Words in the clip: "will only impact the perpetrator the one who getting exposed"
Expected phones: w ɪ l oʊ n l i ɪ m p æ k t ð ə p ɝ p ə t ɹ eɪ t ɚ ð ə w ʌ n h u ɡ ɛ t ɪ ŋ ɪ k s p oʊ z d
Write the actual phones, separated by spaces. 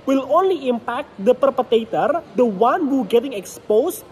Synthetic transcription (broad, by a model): w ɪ l oʊ n l i ɪ m p æ k t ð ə p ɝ p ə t eɪ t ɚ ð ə w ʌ n h u ɡ ɛ t ɪ ŋ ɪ k s p oʊ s